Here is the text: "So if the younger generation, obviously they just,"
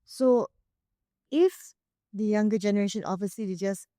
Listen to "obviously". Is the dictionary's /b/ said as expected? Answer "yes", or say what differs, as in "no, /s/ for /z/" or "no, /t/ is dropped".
no, /b/ is dropped